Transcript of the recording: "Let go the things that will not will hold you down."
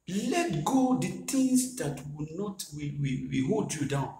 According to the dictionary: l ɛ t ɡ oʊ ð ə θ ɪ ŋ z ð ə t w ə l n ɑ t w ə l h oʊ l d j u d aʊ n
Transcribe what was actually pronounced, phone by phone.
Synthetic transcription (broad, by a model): l ɛ t ɡ oʊ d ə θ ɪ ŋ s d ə t w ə n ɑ t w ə w h oʊ l d j u d aʊ n